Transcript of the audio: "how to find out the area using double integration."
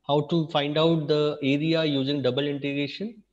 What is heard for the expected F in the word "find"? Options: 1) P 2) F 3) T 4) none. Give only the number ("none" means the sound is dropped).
2